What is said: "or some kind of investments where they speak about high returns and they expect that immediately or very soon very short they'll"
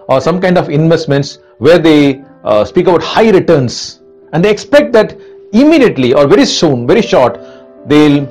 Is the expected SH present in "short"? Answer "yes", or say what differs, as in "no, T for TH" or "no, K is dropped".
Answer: yes